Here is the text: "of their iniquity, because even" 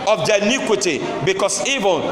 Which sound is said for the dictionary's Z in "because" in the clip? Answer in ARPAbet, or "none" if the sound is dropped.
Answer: S